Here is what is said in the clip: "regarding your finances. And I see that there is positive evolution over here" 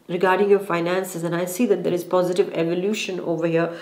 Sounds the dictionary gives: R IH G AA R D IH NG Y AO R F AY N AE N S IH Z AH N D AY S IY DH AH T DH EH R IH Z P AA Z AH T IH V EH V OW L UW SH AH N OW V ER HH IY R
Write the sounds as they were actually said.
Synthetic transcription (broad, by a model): R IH G AA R D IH NG Y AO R F AY N AE N S IH Z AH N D AY S IY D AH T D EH R IH Z P AA Z AH T IH V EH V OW L UW SH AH N OW V ER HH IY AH